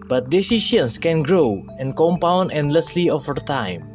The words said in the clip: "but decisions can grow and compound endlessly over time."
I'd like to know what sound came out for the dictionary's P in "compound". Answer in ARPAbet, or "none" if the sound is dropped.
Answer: P